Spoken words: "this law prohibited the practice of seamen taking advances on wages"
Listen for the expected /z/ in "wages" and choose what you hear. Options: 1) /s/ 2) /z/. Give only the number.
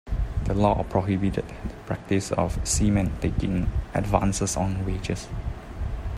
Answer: 1